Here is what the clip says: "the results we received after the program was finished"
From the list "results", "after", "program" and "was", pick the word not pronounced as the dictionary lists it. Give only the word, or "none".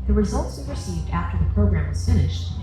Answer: none